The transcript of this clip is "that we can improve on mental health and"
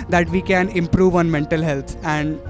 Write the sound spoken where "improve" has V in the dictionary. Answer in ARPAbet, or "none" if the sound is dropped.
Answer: V